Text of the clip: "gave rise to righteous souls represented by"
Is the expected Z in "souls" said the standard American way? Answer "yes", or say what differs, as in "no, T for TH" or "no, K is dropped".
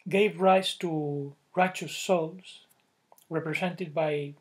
no, S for Z